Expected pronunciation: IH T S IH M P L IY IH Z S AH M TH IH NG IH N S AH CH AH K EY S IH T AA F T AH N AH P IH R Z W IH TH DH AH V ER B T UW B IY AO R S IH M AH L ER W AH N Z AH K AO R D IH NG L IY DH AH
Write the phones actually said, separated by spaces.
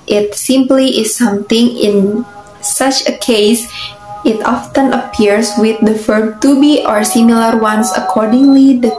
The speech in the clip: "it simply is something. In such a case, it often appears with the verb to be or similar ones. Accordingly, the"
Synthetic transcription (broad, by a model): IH T S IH M P L IY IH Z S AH M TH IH NG IH N S AH CH AH K EY S IH T AA F T AH N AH P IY R S W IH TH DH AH F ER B T UW B IY AO R S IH M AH L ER W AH N S AH K AO R D IH NG L IY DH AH